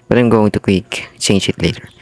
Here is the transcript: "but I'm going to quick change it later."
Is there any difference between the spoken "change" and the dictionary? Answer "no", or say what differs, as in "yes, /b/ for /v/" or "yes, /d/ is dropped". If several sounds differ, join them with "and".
yes, /ʃ/ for /dʒ/